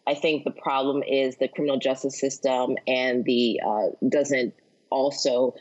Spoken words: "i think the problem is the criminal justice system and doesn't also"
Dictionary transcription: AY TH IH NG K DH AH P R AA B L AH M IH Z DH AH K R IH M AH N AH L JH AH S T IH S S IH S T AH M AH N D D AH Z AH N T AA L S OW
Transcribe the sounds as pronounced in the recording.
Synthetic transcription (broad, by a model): AY TH IH NG K DH AH P R AA B L AH M IH Z DH AH K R IH M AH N L JH AH S T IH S S IH S T AH M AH N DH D AH Z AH N T AA L S OW